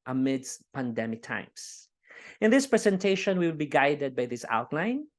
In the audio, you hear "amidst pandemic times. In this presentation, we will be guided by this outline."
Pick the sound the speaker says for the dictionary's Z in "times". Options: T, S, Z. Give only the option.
S